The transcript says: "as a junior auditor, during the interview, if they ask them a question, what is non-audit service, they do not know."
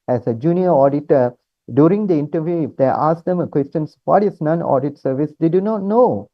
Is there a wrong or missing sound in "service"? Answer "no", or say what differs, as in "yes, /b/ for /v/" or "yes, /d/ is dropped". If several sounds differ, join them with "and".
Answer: no